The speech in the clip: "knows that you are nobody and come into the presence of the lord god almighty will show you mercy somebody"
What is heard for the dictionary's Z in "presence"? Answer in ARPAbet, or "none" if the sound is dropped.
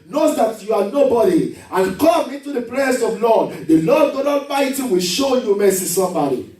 S